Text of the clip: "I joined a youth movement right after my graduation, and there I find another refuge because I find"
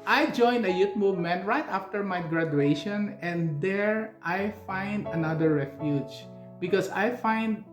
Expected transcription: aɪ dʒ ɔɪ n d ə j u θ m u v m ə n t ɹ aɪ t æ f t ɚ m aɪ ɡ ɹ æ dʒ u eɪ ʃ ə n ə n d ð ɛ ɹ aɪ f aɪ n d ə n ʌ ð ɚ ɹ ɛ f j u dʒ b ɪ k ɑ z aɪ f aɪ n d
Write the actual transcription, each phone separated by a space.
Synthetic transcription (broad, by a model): aɪ dʒ ɔɪ n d ə j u t m u v m ə n t ɹ aɪ t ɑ f t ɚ m aɪ ɡ ɹ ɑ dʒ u eɪ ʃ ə n ə n d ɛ ɹ aɪ f aɪ n d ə n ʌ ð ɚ ɹ ɛ f j u dʒ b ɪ k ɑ s aɪ f aɪ n d